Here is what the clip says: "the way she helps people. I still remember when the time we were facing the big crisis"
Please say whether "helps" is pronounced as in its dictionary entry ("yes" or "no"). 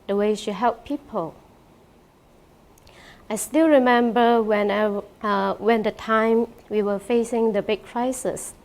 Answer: no